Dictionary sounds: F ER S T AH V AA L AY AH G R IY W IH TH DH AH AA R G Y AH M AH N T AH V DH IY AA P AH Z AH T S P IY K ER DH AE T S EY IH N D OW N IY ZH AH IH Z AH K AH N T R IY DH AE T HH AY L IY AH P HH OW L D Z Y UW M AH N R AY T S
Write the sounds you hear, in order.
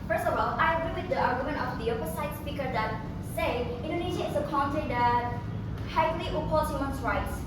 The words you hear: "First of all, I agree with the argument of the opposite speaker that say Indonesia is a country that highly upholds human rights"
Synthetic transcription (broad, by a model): F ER S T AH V AA L AY AH G R IY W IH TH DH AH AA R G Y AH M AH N AH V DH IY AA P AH S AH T S P IY K ER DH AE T S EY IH N D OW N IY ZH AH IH S AH K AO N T IY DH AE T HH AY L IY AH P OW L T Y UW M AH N R AY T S